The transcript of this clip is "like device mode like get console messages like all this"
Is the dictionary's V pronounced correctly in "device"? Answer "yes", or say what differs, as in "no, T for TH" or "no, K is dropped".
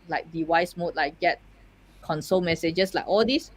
no, W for V